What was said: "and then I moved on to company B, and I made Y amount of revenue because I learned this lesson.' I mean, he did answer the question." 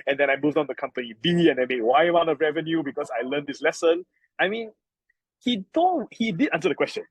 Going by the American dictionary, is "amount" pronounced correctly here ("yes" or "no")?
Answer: no